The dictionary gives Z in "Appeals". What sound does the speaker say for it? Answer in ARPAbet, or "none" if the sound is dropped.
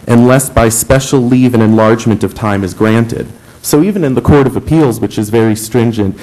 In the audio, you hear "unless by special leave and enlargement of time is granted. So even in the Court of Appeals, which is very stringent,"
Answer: Z